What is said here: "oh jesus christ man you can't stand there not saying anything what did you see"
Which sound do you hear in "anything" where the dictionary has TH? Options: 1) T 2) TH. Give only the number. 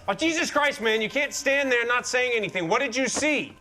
2